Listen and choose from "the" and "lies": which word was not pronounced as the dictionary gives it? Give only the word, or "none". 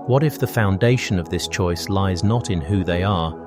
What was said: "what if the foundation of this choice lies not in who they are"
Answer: none